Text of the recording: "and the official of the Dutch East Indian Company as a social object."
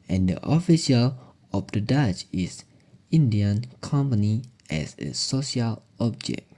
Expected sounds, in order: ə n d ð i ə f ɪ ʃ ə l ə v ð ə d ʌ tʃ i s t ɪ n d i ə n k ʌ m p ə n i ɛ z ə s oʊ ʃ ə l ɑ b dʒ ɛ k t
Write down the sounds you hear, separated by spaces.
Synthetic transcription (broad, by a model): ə n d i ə f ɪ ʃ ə l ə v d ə d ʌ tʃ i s ɪ n d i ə n k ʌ m p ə n i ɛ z ə s oʊ ʃ ə l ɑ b dʒ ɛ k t